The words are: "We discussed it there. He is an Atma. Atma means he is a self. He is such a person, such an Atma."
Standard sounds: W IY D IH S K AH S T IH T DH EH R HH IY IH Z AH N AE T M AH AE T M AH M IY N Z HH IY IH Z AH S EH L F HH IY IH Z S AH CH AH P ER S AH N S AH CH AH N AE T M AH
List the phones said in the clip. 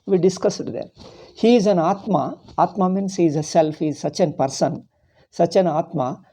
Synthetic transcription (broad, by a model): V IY D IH S K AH S IH T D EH R HH IY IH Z AH N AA T M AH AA T M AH M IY N S HH IY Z AH S EH L F HH IY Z S AH CH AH P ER S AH N S AH CH AH N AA T M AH